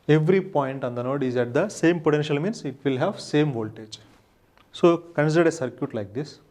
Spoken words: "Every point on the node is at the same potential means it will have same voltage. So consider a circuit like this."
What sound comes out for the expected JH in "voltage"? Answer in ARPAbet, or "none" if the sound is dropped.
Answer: JH